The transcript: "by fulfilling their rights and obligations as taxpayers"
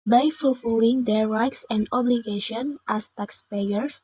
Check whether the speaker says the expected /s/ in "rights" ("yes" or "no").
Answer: yes